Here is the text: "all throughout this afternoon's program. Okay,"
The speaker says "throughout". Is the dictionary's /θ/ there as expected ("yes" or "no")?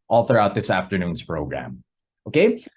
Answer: yes